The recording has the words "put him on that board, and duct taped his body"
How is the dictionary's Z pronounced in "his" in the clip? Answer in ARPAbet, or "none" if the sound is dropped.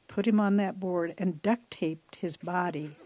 Z